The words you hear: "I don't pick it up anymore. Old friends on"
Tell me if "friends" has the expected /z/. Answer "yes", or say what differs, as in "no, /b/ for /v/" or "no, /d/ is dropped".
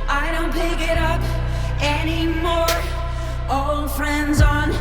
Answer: yes